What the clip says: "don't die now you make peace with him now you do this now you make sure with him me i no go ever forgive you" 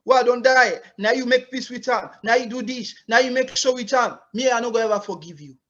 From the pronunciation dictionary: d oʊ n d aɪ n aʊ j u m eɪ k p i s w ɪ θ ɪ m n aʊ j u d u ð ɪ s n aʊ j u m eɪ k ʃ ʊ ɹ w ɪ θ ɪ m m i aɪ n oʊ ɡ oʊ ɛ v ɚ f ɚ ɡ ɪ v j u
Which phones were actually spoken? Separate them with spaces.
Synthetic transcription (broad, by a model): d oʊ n d aɪ n aʊ j u m eɪ k p i s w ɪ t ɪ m n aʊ j u d u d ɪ ʃ n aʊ j u m eɪ k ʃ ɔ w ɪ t ɪ m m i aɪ n oʊ ɡ oʊ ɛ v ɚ f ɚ ɡ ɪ v j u